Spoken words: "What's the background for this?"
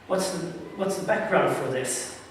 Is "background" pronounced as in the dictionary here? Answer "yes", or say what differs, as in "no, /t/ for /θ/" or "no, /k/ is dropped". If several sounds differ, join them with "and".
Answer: yes